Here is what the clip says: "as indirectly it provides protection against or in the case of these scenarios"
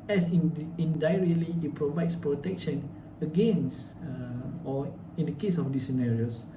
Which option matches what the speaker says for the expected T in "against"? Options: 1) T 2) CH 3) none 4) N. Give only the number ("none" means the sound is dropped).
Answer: 3